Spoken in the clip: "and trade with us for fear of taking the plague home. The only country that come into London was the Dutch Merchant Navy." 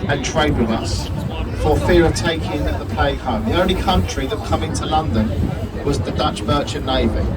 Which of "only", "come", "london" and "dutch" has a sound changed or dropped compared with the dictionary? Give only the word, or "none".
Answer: none